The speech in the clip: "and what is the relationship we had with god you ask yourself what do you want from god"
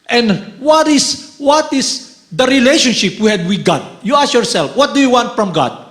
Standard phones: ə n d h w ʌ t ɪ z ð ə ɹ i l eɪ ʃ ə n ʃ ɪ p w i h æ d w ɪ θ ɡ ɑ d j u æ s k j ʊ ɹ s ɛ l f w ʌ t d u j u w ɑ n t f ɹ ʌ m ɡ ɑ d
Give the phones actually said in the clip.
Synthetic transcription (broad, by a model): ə n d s w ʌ t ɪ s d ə ɹ i l eɪ ʃ ə n ʃ ɪ p w i h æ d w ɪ ɡ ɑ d j u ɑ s j ʊ ɹ s ɛ l f w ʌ t d u j u w ɑ n t f ɹ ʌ m ɡ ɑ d